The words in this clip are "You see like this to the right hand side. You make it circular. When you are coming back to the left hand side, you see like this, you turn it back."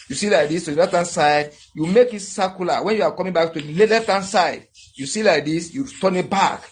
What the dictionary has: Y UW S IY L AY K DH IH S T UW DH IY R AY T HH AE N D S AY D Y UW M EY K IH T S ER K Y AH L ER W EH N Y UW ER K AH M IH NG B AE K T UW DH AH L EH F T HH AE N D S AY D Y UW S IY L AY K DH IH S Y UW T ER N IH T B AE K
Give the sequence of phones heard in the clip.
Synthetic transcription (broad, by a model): Y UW S IY L AY K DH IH S T UW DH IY L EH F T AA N S AY D Y UW M EY K IH T S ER K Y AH L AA W EH N Y UW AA K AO M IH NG B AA K T UW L L EH F T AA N S AY D Y UW S IY L AY K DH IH S Y UW T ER N IH T B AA K